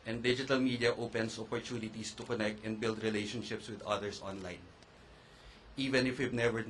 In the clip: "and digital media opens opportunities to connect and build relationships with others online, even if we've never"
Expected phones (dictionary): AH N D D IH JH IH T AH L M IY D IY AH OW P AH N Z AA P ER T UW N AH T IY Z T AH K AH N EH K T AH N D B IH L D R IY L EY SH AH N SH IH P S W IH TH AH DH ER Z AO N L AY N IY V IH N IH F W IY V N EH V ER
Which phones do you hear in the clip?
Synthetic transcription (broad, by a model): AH N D D IH JH IH T AH L M IY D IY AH OW P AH N S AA P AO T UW N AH T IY S T AH K AH N EH K T AH N D B IH L D R IY L EY SH AH N SH IH P S W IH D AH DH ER S AO N L AY N IY V IH N IH F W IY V N EH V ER